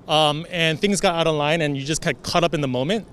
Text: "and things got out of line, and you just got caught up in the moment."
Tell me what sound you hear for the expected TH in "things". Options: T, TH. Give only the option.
TH